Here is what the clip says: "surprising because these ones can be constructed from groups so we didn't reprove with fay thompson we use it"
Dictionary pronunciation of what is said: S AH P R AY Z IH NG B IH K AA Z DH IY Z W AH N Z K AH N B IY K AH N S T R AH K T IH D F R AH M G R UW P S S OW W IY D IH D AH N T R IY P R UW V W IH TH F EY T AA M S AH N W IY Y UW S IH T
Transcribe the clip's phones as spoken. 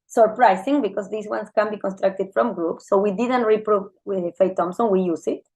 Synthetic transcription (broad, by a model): S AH P R AY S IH NG B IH K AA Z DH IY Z W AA N S K AH N B IY K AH N S T R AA K T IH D F R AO M G R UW P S S OW W IY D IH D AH N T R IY P R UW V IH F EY T AA M S AH N W IY Y UW S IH T